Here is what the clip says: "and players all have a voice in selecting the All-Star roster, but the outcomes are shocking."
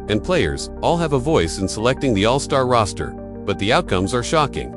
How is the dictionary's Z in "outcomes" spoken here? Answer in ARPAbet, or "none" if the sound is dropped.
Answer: Z